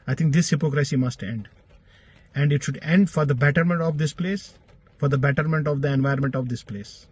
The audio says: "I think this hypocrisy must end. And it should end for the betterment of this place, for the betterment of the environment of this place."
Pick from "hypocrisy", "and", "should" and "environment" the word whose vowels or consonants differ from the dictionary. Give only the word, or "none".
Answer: environment